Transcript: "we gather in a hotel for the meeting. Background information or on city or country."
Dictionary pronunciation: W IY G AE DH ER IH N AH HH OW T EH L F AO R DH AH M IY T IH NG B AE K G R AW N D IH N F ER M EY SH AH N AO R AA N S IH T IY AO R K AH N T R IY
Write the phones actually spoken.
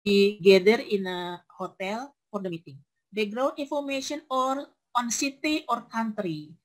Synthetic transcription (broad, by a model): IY G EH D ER IH N AH HH OW T EH L F AO R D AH M IY T IH NG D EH G R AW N IY N F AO M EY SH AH N AO R AA N S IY T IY AO R K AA N T R IY